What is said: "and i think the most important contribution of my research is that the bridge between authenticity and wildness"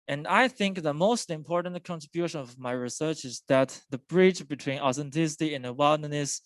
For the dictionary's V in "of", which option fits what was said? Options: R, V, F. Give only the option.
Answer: V